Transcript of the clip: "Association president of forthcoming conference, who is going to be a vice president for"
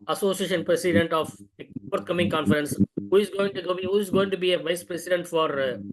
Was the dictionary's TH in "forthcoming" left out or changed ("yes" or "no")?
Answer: yes